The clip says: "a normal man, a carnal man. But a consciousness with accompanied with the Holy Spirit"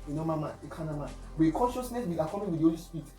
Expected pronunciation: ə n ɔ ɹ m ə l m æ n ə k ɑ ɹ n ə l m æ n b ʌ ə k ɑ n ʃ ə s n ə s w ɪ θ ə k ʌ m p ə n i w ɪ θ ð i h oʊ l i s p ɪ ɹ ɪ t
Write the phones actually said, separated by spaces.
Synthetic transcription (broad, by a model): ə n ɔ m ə m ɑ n ə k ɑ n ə m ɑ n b ə k ɑ n ʃ ə s n ə s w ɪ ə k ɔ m ə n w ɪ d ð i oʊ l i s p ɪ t